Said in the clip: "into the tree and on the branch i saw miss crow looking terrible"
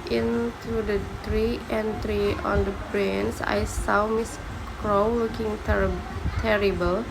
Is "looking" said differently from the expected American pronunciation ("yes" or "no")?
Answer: yes